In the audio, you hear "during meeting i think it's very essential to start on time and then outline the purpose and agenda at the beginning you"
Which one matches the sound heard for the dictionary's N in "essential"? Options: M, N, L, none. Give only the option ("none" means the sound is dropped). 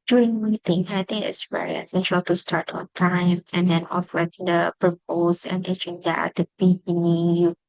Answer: N